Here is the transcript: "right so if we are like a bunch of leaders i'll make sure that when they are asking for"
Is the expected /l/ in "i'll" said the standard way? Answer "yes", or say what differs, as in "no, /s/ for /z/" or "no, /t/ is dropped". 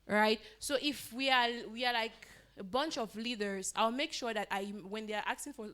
yes